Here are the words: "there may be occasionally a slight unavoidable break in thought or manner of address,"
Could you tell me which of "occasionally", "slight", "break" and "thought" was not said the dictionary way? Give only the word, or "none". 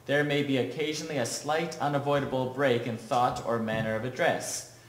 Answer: none